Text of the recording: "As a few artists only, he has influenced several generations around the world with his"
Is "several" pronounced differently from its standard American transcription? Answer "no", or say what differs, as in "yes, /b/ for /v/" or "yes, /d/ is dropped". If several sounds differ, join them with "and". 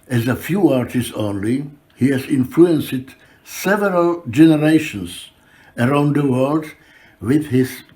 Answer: no